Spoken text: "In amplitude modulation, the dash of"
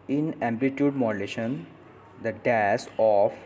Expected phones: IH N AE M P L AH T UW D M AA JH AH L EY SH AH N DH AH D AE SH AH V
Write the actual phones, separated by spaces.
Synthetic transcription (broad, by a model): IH N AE M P L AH T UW D M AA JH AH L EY SH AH N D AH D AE S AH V